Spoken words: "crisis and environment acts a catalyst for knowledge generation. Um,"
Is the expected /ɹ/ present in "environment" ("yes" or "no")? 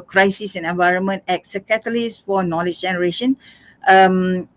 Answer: yes